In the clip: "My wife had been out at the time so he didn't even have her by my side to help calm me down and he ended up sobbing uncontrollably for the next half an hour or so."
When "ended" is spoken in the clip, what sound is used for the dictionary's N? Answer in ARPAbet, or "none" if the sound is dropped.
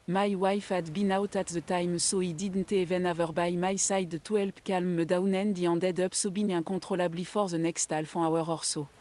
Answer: none